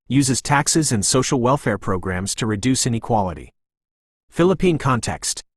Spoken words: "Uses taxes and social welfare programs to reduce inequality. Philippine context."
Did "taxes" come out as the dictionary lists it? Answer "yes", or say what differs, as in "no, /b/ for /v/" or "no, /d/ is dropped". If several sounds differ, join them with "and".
yes